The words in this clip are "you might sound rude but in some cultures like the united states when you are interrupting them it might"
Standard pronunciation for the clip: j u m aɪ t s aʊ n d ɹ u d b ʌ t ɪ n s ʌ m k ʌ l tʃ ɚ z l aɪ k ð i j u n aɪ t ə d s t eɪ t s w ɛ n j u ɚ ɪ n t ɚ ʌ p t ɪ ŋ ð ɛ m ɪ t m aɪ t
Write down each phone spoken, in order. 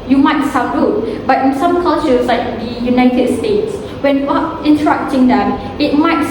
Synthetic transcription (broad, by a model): j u m aɪ t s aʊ d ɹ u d b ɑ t ɪ n s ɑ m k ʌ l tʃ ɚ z l aɪ k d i j u n aɪ t ə d s t eɪ t s w ɛ n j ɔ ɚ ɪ n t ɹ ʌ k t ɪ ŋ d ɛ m ɪ t m aɪ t